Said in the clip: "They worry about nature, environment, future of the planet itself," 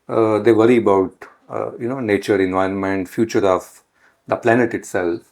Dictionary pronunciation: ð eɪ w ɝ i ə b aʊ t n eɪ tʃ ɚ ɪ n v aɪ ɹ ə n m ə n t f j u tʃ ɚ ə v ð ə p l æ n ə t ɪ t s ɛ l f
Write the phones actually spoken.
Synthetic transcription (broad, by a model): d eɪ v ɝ i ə b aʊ t n eɪ tʃ ɚ ɪ n v aɪ ɹ ə n m ə n t f j u tʃ ɚ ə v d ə p l æ n ə t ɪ t s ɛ l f